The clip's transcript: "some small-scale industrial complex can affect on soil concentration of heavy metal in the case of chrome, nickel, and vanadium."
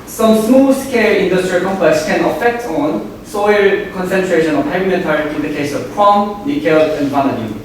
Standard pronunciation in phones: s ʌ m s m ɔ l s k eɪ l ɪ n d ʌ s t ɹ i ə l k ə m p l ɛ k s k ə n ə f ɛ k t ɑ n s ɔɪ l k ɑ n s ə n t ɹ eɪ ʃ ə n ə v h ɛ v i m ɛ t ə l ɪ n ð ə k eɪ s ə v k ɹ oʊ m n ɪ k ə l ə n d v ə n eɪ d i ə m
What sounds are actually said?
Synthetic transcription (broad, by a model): s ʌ m s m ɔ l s k eɪ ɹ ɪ n d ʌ s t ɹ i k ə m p ɛ s k ə n ə f ɛ k t ɑ n s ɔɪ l k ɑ n s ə n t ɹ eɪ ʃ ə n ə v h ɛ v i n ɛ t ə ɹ ɪ n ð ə k eɪ s ə v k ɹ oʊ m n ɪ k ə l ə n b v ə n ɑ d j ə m